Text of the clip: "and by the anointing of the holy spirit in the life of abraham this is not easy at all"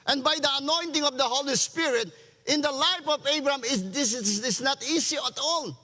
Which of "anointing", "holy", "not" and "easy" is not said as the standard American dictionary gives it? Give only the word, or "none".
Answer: easy